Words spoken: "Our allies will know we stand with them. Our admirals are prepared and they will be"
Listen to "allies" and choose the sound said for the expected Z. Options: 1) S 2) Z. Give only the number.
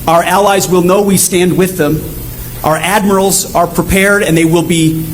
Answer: 2